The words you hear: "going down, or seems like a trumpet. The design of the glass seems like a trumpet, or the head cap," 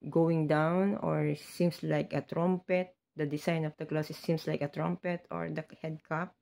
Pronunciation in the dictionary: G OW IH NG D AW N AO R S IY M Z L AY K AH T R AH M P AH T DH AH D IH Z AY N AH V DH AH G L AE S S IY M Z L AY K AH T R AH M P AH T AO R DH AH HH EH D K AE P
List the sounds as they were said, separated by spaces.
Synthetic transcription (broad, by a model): G OW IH NG D AW N AO R S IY M S L AY K AH T R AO M P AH T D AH D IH S AY N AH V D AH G L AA S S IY M S L AY K AH T R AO M P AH T AO R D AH HH EH D K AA P